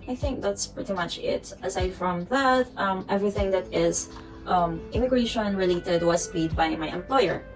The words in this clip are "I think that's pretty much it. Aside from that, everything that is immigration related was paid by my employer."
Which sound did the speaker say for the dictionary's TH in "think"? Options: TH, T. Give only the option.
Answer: TH